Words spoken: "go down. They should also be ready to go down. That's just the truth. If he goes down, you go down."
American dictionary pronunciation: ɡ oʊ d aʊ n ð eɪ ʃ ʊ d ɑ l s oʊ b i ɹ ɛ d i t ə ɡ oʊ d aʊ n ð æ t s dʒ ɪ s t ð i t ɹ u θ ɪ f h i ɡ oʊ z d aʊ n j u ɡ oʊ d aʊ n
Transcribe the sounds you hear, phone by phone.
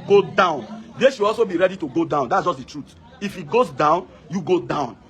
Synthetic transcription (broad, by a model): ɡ oʊ d aʊ n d eɪ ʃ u ɑ l s oʊ b i ɹ ɛ d i t ə ɡ oʊ d aʊ n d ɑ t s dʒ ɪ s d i t ɹ u t ɪ f i ɡ oʊ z d aʊ n j u ɡ oʊ d aʊ n